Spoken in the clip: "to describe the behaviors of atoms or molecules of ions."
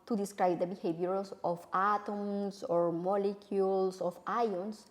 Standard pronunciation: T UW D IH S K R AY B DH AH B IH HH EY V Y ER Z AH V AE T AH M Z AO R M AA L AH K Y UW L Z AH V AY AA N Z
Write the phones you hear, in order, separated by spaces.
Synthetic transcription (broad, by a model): T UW D IH S K R AY B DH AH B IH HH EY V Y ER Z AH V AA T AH M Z AO R M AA L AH K Y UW L S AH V AY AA N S